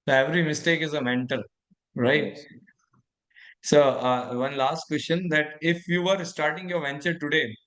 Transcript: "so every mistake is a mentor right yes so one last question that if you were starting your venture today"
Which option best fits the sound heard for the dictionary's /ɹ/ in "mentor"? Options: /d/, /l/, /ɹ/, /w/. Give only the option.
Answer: /l/